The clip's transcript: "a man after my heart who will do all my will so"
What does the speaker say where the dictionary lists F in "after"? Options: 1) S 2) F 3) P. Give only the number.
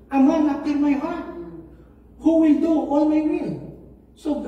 3